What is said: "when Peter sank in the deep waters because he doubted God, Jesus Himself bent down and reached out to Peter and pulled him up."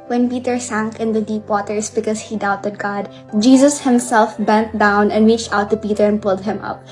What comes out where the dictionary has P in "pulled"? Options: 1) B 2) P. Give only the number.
2